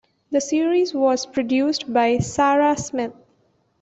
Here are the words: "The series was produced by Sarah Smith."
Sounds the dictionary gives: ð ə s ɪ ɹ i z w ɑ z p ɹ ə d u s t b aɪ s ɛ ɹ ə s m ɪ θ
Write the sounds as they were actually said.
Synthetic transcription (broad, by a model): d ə s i ɹ i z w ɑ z p ɹ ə d u s t b aɪ s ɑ ɹ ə s m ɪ t